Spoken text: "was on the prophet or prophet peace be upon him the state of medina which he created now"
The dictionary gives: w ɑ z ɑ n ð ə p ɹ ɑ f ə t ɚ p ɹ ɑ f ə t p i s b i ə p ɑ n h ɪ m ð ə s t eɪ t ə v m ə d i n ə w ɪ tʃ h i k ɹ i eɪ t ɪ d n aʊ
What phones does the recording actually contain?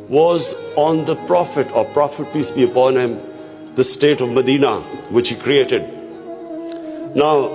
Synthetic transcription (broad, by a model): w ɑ z ɑ n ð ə p ɹ ɑ f ə t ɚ p ɹ ɑ f ə t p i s b i ə p ɑ n h ɪ m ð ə s t eɪ t ə v m ə d i n ə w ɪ tʃ h i k ɹ i eɪ t ɪ d n aʊ